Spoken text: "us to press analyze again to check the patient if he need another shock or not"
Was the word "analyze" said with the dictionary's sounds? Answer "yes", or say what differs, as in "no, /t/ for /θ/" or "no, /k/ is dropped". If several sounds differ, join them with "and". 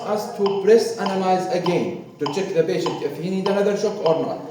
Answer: yes